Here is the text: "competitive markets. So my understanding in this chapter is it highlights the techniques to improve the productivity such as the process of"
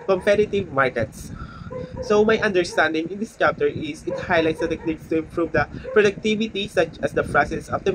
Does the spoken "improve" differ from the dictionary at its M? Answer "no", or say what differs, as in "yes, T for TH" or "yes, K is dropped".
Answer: no